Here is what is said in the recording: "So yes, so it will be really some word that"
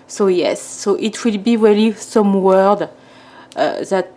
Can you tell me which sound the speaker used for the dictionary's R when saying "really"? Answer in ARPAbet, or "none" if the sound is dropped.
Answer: W